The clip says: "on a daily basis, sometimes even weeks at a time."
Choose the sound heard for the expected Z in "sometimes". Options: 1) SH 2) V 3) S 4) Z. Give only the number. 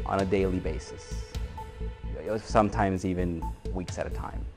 4